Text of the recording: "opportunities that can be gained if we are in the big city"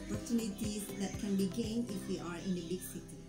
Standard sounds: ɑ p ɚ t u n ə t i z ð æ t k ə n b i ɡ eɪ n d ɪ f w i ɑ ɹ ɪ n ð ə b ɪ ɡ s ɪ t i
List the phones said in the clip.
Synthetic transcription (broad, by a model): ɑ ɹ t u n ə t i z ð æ t k ə n b i ɡ eɪ n d ɪ f w i ɑ ɹ ɪ n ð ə b ɪ ɡ s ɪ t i